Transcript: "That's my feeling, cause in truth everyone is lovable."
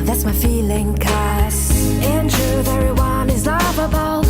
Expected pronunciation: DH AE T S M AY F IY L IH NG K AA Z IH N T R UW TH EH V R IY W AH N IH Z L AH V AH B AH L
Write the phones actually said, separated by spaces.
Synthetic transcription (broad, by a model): DH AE T S M AY F IY L IH NG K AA S IH N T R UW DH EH R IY W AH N IH Z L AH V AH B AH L